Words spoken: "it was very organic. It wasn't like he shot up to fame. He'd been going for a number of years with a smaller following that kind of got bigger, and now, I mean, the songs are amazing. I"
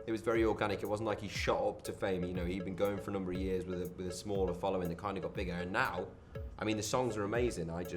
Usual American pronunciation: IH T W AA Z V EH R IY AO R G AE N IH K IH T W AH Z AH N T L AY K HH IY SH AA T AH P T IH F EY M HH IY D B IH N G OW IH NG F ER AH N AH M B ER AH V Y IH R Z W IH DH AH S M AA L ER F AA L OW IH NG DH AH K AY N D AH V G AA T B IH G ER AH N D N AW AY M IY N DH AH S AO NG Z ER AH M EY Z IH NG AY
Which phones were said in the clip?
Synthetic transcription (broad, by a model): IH T W AA Z V EH R IY AO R G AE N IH K IH T W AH Z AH N T L AY K HH IY SH AA T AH P T IH F EY M HH IY D B IH N G OW IH NG F ER AH N AH M B ER AH V Y IH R Z W IH DH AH S M AA L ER F AA L OW IH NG DH AH K AY N D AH G AA T B IH G ER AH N N AW AY M IY N DH AH S AO NG Z ER AH M EY Z IH NG AY